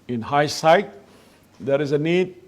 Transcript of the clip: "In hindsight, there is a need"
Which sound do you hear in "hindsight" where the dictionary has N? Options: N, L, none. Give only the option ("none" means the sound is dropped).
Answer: none